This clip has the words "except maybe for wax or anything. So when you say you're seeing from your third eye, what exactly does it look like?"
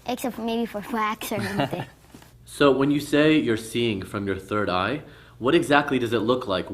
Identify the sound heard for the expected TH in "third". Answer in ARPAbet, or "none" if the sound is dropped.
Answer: TH